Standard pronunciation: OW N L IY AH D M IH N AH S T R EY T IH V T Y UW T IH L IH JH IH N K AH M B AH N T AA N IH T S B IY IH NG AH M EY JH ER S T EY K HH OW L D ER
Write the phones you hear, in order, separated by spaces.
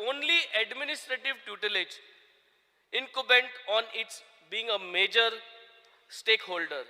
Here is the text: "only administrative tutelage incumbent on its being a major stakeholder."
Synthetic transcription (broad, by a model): OW N L IY AH D M IH N AH S T R EY T IH V T Y UW T IH L IH JH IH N K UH B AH N T AA N IH T S B IY IH NG AH M EY JH ER S T EY K HH OW L D ER